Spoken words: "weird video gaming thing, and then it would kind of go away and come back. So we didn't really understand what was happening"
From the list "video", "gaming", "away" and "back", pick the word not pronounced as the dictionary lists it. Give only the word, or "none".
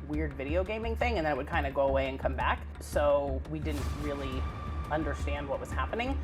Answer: none